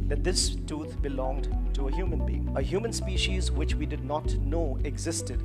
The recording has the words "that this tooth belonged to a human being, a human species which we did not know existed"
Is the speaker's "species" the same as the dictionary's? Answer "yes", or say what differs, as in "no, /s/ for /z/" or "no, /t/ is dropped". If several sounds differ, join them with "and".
yes